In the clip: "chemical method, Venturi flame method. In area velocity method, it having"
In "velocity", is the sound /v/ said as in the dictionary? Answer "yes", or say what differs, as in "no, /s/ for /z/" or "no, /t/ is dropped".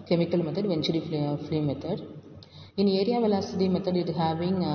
yes